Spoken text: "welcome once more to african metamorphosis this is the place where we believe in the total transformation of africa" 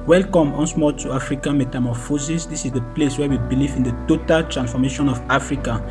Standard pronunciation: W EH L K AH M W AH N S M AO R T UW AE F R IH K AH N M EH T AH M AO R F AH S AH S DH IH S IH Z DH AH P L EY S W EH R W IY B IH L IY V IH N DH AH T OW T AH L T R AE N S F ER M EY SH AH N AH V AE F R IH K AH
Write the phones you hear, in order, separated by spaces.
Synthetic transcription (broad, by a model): W EH L K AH M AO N S M AO T UW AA F R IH K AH N M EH T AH M AO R F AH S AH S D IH S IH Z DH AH P L EY S W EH W IY B IH L IY V IH N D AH T OW T AH L T R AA N S F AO M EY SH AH N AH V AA F R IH K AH